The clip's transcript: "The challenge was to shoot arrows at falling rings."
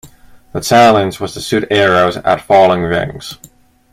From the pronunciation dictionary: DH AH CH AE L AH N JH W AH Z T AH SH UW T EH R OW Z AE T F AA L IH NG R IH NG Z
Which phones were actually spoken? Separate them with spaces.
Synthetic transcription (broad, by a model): DH AH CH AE L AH N Z W AH Z T AH S UW T EH R OW Z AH T F AA L IH NG R IH NG Z